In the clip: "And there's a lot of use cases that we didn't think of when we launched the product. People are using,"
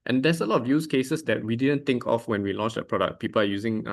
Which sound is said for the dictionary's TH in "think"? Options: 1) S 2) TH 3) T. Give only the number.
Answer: 3